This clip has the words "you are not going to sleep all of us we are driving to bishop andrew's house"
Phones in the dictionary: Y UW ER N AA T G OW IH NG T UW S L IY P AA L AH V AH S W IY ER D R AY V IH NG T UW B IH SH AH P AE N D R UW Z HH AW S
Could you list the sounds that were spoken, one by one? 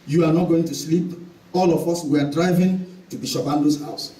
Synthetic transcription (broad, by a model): Y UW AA N AA T G OW IH NG T UW S L IY P AA L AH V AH S W IY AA D R AY V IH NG T UW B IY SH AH B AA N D UW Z HH AW S